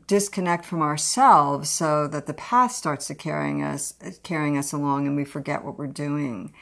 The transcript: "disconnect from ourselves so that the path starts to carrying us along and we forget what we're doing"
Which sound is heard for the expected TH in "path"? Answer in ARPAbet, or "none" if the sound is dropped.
TH